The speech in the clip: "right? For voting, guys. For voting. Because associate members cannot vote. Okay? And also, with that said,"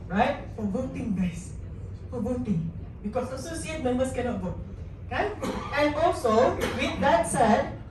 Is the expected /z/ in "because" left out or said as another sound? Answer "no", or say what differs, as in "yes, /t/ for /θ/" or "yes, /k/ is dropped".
yes, /s/ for /z/